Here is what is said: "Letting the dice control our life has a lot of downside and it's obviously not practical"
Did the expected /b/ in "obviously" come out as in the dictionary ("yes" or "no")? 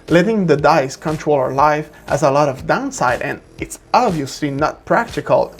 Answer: yes